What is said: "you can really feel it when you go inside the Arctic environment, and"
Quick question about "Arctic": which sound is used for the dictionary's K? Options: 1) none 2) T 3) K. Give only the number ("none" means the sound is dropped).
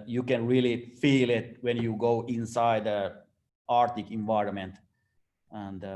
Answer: 3